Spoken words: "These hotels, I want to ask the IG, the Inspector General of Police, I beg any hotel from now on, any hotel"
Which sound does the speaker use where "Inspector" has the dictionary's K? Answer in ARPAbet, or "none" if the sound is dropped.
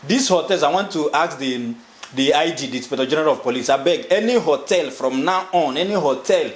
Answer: none